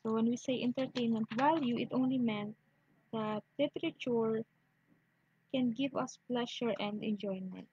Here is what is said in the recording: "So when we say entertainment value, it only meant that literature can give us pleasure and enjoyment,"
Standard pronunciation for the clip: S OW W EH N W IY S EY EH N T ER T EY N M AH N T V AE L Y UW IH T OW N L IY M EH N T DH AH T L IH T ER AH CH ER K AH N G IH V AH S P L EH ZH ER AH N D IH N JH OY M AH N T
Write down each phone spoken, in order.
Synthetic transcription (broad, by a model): OW W EH N W IY S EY EH N T ER T EY N M AH N T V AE L Y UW IH T OW N L IY M EH N T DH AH T L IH T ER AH CH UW K AH N G IH V AH S P L EH SH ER AH N D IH N JH OY M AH N T